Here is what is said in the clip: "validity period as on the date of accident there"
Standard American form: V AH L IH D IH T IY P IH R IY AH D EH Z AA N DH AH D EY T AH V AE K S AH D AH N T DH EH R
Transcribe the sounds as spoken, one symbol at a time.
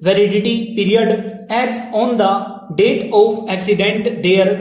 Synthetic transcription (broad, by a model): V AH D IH D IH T IY P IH R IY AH D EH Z AA N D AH D EY T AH P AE K S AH D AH N T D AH R